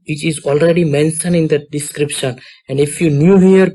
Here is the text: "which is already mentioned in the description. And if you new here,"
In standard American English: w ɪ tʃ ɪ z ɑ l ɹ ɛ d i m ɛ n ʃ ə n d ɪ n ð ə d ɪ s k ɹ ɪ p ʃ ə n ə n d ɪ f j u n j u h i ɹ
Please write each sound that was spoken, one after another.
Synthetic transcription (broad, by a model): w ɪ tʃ ɪ z ɑ l ɹ ɛ d i m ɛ n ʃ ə n ɪ n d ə d ɪ s k ɹ ɪ p ʃ ə n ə n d ɪ f j u n j u h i ɹ